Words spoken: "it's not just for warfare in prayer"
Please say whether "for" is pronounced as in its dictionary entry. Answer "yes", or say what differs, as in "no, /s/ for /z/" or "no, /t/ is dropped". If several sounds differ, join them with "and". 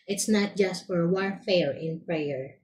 yes